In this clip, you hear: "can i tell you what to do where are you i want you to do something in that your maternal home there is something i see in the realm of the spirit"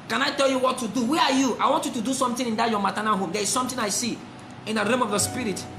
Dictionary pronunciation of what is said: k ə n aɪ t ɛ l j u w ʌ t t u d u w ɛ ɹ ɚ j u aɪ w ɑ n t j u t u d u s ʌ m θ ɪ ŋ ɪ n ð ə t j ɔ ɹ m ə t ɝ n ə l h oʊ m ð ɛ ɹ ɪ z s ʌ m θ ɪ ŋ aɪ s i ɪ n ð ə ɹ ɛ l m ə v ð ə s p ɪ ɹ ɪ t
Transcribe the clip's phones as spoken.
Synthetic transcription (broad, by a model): k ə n aɪ t ɛ l j u w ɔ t t u d u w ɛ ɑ j u aɪ w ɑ n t j u t u d u s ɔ m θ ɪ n ɪ n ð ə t j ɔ m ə t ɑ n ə n h oʊ m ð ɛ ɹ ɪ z s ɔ m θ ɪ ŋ aɪ s i ɪ n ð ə ɹ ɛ m ə v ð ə s p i ɹ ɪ t